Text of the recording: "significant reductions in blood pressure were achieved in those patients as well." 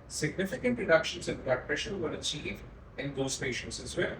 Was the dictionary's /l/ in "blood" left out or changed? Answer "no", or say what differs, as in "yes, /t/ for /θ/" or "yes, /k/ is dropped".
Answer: yes, /l/ is dropped